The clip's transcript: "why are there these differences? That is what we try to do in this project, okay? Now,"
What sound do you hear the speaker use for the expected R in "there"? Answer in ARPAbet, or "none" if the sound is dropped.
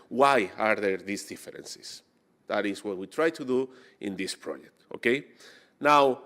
R